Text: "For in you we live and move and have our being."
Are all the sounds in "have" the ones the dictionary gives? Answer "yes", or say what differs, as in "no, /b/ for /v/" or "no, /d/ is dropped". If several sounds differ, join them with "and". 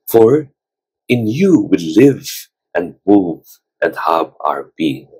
no, /b/ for /v/